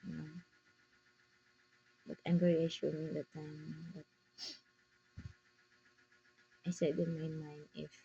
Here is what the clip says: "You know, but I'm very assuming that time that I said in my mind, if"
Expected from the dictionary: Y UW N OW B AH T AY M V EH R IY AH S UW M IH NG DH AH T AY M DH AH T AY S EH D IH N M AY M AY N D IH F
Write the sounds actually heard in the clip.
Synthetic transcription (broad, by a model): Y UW N OW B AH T AY M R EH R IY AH SH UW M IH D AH T AY M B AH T AY S EH D IH N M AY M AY N IH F